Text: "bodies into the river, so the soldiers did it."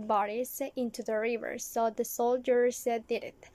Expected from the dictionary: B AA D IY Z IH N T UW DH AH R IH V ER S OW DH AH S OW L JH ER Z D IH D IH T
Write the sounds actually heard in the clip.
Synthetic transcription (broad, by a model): B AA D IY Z IH N T UW DH AH R IH V ER S OW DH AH S OW L JH ER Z D IH D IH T